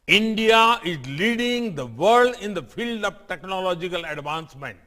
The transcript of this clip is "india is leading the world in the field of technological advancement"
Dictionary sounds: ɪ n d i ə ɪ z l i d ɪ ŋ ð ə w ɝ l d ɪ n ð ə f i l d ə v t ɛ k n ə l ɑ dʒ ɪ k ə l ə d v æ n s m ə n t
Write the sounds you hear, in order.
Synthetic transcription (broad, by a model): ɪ n d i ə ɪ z l i d ɪ ŋ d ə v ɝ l d ɪ n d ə f i l d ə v t ɛ k n ə l ɑ dʒ ɪ k ə l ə d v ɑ n s m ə n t